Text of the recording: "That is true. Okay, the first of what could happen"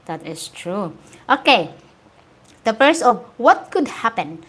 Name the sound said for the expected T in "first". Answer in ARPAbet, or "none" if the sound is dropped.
none